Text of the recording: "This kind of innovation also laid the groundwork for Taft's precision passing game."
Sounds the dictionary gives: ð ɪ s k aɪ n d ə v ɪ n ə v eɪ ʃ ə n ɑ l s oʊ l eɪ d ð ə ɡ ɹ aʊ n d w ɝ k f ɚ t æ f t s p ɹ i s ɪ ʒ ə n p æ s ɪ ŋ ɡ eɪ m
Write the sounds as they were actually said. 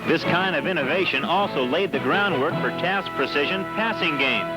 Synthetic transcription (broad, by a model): ð ɪ s k aɪ n d ə v ɪ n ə v eɪ ʃ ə n ɑ l s oʊ l eɪ d ð ə ɡ ɹ aʊ n d w ɝ k f ɚ t æ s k p ɹ i s ɪ ʒ ə n p æ s ɪ ŋ ɡ eɪ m